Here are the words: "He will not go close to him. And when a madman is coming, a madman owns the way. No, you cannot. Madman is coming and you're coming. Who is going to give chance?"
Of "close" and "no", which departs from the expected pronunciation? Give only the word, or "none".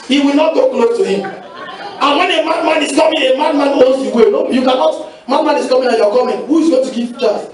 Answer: no